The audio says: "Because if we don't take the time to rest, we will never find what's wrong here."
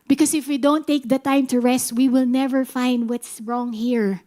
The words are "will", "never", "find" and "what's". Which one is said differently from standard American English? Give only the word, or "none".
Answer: none